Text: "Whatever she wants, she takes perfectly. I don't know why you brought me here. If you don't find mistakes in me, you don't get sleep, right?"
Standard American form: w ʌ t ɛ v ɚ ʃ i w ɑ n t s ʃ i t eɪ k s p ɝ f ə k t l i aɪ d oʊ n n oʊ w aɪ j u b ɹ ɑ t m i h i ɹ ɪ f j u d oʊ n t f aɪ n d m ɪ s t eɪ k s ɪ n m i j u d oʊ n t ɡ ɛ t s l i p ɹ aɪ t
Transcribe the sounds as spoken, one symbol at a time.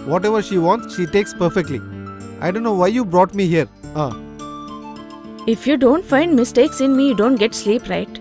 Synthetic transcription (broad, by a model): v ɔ t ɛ v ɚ ʃ i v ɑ n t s ʃ i t eɪ k s p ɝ f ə k t l i aɪ d oʊ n n oʊ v aɪ j u b ɹ ɑ t m i h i ɹ ɪ f j u d oʊ n t f aɪ n d m ɪ s t eɪ k s ɪ n m i j u d oʊ n t ɡ ɛ t s l i p ɹ aɪ t